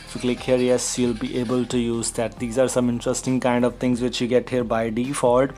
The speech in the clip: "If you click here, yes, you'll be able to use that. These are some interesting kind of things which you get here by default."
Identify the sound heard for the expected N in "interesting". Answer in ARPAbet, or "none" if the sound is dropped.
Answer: N